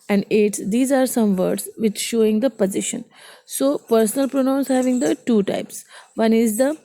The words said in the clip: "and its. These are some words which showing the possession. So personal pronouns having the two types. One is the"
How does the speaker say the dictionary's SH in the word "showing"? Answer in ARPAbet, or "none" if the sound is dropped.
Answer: SH